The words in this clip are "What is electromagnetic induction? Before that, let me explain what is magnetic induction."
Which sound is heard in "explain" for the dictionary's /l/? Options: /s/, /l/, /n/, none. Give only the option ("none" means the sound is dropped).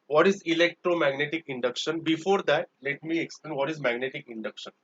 /l/